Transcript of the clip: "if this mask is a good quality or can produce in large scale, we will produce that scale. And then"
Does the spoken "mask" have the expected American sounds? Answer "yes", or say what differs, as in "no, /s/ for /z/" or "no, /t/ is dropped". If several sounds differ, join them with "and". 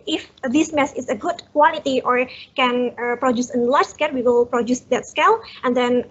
no, /k/ is dropped